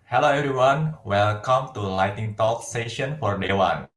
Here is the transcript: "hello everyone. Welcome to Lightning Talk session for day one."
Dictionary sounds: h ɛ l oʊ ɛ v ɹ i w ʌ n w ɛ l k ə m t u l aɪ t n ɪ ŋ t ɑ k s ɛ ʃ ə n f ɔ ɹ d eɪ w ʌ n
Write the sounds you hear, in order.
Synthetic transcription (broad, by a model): h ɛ l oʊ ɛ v ɹ i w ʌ n w ɛ l k ə m t u l aɪ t ɪ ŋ t ɑ k s ɛ ʃ ə n f ɔ ɹ d eɪ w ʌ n